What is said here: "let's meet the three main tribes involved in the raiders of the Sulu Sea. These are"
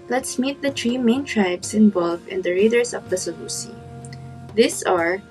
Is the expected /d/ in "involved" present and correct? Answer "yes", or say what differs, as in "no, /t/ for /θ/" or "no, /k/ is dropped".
no, /d/ is dropped